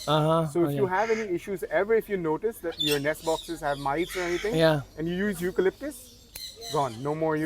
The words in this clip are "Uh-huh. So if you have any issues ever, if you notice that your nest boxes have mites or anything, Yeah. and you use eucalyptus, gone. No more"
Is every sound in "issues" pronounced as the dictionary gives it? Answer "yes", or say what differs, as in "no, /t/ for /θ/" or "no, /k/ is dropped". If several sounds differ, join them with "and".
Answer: yes